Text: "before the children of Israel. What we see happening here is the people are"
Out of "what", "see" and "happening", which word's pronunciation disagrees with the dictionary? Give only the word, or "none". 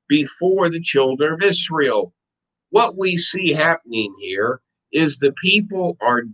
none